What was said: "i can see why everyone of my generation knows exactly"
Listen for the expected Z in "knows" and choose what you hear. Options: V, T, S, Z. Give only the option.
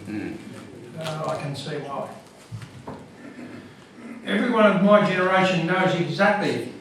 Z